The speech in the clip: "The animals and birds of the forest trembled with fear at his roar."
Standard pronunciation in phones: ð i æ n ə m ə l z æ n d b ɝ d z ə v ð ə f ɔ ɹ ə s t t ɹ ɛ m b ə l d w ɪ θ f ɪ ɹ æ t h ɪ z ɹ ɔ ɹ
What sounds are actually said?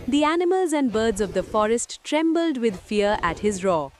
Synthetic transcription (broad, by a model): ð i æ n ə m ə l z æ n d b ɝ d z ə v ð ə f ɔ ɹ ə s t t ɹ ɛ m b ə l d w ɪ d f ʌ ɹ æ t h ɪ z ɹ ɔ